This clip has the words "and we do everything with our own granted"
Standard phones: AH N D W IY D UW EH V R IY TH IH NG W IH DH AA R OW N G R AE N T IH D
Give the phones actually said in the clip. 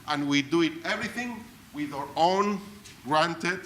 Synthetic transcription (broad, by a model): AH N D W IY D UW EH V R IY TH IH NG W IH DH AA R OW N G R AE N T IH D